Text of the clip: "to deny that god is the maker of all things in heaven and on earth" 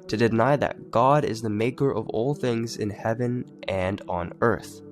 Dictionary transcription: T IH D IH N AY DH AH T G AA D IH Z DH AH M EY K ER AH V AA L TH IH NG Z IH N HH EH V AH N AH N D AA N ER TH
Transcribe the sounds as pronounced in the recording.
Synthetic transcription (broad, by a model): T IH D IH N AY DH AH T G AA D IH Z DH AH M EY K ER AH V AA L TH IH NG Z IH N HH EH V AH N AH N D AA N ER TH